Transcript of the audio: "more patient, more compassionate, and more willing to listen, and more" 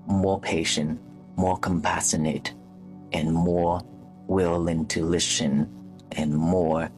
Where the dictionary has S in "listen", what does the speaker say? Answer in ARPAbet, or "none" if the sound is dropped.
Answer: SH